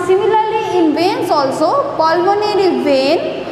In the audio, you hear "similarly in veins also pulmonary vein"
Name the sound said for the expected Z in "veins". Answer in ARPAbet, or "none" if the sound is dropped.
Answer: S